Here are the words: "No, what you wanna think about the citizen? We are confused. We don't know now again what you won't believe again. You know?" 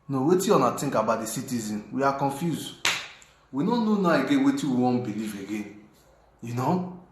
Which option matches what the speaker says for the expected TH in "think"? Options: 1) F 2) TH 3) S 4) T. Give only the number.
4